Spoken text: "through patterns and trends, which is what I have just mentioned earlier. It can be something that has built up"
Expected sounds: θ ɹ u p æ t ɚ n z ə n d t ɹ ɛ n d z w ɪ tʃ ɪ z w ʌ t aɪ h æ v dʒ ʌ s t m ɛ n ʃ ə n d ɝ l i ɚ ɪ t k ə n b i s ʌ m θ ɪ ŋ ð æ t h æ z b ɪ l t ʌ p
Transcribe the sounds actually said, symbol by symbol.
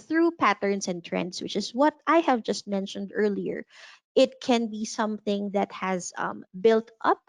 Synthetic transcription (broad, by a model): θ ɹ u p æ t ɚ n s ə n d t ɹ ɛ n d s w ɪ tʃ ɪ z w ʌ t aɪ h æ v dʒ ʌ s t m ɛ n ʃ ə n d ɝ l i ɚ ɪ t k ə n b i s ʌ m θ ɪ ŋ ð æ t h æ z b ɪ l t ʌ p